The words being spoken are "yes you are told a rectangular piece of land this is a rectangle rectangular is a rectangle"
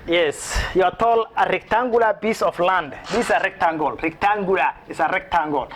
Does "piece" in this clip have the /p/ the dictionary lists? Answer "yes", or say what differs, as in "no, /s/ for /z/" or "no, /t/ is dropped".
no, /b/ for /p/